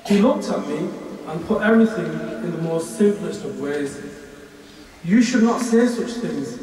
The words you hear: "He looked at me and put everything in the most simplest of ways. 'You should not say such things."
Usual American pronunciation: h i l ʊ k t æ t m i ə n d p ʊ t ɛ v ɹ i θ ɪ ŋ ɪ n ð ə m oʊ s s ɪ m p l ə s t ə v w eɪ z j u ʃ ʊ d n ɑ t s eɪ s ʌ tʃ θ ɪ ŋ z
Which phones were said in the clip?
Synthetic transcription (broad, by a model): h i l ʊ k t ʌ t m i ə n p ʊ t ɛ v ɹ i θ ɪ ŋ ɪ n ð ə m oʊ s s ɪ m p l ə s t ə v w eɪ z j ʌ ʃ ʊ d n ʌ t s eɪ s ʌ tʃ θ ɪ ŋ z